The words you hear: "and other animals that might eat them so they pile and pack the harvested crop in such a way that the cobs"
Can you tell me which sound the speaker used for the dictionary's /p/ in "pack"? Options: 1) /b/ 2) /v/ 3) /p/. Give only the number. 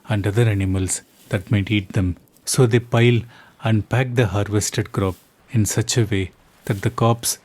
3